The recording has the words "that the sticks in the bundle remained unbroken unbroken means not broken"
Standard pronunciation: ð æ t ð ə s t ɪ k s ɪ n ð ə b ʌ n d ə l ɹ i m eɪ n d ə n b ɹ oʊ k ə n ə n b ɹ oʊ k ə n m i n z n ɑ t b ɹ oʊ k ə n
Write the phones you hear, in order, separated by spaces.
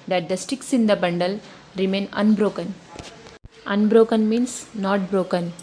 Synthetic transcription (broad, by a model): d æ t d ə s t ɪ k s ɪ n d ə b ʌ n d ə l ɹ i m eɪ n ə n b ɹ oʊ k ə n ə n b ɹ oʊ k ə n m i n s n ɑ t b ɹ oʊ k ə n